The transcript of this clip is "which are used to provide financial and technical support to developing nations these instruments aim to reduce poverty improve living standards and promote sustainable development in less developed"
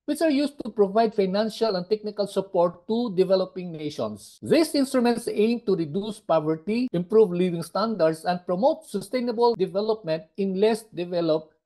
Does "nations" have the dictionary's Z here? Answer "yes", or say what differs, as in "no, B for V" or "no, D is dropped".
no, S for Z